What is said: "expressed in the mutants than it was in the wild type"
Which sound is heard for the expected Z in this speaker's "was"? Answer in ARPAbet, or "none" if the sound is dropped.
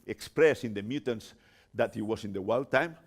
S